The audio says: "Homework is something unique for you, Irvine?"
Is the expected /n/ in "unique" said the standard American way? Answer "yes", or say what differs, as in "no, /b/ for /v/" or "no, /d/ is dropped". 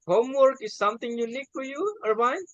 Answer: no, /l/ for /n/